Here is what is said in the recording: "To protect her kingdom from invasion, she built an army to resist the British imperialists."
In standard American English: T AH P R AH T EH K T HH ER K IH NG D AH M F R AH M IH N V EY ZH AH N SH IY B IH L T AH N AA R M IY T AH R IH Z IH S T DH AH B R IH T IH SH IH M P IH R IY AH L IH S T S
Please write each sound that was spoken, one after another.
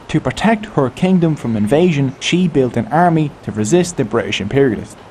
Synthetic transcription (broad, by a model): T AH P R AH T EH K T HH ER K IH NG D AH M F R AH M IH N V EY ZH AH N SH IY B IH L T AH N AA R M IY T AH R IH Z IH S T DH AH B R IH T IH SH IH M P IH R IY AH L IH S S